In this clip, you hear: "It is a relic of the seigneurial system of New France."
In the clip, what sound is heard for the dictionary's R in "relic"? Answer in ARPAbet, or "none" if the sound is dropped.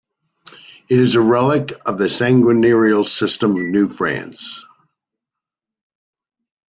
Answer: R